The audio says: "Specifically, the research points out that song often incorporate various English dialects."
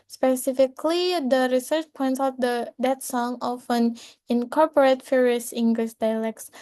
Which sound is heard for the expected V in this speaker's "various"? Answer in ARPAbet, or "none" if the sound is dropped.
F